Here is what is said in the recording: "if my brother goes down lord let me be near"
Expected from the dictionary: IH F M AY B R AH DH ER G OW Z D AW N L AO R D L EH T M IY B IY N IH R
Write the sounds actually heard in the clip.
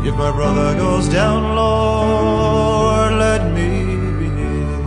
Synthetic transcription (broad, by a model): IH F M AY B R AH DH ER G OW Z D AW N L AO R L EH T M IY B IY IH